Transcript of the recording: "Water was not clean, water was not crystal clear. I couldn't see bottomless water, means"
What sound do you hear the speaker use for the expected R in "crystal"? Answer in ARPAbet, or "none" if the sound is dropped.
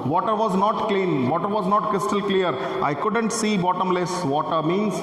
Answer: none